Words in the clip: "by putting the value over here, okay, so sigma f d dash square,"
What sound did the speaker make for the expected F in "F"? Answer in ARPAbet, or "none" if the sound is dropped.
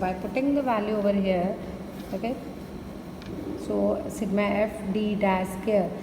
F